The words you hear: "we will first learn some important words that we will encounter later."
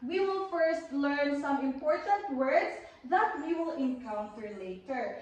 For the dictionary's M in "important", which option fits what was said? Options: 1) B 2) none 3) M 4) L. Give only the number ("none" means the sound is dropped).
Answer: 3